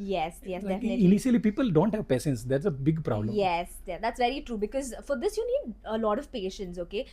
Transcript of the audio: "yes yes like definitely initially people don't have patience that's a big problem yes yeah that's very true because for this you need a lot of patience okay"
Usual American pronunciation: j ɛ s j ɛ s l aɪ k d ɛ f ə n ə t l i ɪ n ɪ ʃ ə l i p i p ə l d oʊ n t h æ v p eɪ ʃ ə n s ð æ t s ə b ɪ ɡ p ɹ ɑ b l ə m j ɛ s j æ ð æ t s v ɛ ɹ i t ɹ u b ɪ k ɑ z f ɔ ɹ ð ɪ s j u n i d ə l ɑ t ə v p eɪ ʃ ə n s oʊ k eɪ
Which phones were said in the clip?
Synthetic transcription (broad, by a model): j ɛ s j ɛ s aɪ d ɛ ə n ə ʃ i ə l i p i p ə l d oʊ n t h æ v p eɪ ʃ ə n s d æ t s ə b ɪ ɡ p ɹ ɑ b l ə m j ɛ s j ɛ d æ t s v ɛ ɹ i t ɹ u b ɪ k ɑ z f ɔ ɹ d ɪ s j u n i d ə l ɑ t ə v p eɪ ʃ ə n s oʊ k eɪ